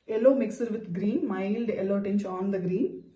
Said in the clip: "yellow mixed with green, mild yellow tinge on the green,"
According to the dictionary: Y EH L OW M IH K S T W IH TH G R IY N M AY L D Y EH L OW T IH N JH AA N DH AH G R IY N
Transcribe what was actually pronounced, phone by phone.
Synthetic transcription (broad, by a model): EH L OW M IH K S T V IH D G R IY N M AY L D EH L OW T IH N CH AA N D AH G R IY N